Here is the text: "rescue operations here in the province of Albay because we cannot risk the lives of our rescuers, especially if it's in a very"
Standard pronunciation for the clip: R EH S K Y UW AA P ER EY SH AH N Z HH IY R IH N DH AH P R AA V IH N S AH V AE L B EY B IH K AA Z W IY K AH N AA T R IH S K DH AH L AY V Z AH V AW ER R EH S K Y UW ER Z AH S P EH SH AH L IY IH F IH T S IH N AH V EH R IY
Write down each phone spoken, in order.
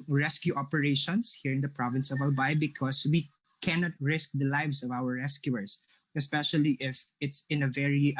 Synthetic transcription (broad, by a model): R EH S K Y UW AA P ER EY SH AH N S HH IY R IH N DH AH P R AA V IH N S AH V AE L B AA B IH K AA S W IY K AH N AA T R IH S K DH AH L AY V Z AH V AW ER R EH S K Y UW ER S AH S P EH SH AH L IY IH F IH T S IH N AH V EH R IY